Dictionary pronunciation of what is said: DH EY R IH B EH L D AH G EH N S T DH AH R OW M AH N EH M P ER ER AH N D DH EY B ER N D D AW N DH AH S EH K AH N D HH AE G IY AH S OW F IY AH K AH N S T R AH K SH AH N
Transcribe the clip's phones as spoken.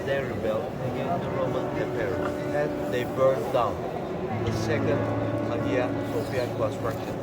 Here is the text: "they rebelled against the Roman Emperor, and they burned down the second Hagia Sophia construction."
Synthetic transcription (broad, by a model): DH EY R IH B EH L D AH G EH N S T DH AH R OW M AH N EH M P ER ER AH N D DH EY B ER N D D AW N DH AH S EH K AH N D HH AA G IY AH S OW P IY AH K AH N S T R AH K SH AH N